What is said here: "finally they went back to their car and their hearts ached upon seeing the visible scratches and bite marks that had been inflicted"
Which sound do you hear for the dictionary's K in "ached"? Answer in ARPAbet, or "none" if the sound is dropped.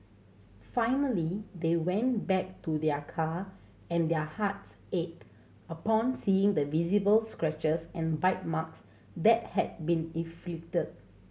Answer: none